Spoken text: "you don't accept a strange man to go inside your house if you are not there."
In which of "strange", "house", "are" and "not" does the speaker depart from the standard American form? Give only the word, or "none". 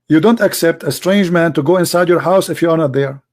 none